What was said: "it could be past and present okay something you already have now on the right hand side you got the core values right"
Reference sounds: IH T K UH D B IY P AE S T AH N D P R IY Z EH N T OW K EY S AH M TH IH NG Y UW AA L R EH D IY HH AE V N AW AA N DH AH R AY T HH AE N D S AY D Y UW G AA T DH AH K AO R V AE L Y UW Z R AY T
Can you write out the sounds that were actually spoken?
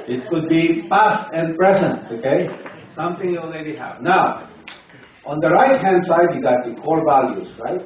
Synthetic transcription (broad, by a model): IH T K UH D B IY P AE S T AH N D P R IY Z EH N T OW K EY S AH M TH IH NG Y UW AA L R EH D IY HH AE V N AW AA N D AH R AY T HH AE N D S AY D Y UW G AA T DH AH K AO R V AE L Y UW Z R AY T